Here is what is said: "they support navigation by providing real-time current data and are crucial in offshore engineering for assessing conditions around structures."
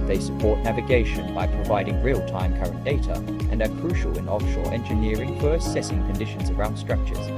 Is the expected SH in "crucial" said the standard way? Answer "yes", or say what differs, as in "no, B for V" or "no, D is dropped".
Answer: yes